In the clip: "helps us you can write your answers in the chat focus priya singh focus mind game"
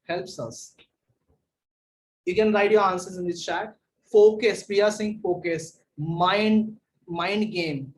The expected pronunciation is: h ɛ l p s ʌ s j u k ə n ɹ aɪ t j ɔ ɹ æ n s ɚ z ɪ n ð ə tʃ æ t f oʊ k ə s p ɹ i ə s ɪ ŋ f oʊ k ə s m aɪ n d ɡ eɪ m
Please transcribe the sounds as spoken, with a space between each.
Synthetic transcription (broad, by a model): h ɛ l p s ʌ s j u k ə n ɹ aɪ t j ɔ ɹ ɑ n s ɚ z ɪ n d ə tʃ æ t f oʊ k ə s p i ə s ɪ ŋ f oʊ k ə s m aɪ n d ɡ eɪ m